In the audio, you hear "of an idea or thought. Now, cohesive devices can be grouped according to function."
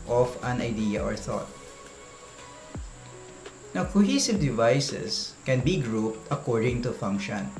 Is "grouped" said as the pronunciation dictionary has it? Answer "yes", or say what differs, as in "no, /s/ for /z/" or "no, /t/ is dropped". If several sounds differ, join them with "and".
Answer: yes